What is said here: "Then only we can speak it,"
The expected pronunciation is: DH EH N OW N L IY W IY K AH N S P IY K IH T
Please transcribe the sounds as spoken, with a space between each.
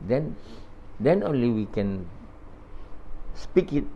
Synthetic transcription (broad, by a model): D EH N OW N L IY W IY K AH N S P IY K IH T